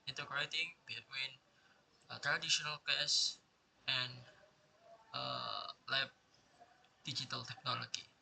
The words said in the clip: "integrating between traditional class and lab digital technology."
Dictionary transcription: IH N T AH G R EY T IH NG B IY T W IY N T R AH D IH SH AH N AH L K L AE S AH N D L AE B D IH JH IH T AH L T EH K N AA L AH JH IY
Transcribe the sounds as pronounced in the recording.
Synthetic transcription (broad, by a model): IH N T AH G R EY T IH NG B IY T W IY N T R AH D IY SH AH N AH L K EH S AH N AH L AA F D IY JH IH T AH L T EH K N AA L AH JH IY